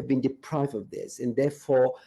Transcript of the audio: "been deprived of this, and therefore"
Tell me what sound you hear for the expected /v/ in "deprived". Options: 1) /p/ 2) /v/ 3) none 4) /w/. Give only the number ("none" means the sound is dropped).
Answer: 2